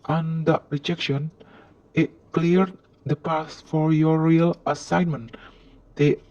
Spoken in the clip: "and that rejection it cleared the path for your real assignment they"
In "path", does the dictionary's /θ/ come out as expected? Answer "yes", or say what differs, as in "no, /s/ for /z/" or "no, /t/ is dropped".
no, /s/ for /θ/